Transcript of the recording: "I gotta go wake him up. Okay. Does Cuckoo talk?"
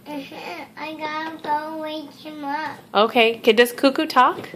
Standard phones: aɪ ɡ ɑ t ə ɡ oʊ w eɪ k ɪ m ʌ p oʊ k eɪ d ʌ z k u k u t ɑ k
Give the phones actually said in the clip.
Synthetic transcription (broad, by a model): aɪ ɡ ɑ t ə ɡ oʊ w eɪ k ɪ m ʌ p oʊ k eɪ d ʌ s k u k u t ɑ k